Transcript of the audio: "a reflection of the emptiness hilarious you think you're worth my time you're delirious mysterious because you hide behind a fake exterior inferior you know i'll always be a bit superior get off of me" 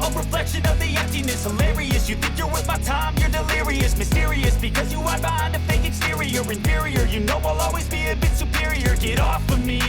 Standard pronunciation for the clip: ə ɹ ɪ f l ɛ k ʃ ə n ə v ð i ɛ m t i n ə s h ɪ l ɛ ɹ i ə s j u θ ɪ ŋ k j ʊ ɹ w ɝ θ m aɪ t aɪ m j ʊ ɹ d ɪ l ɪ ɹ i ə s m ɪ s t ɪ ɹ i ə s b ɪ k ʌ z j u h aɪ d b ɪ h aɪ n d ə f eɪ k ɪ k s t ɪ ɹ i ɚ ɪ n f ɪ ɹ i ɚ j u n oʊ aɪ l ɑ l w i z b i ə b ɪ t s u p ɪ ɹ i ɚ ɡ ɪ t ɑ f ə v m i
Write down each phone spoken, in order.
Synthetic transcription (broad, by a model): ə ɹ ɪ f l ɛ k ʃ ə n ə v ð i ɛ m t i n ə s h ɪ l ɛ ɹ i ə s j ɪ θ ɪ ŋ k j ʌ ɹ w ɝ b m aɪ t aɪ m j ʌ ɹ d ɪ l ɪ ɹ i ə s m ɪ s t ɪ ɹ i ə s b ɪ k ʌ z j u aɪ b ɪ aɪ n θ ə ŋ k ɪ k s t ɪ ɹ i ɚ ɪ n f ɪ ɹ i ɚ j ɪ n oʊ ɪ l ɑ l w i z b i ə b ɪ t s u p ɪ ɹ i ɚ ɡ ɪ t ɑ f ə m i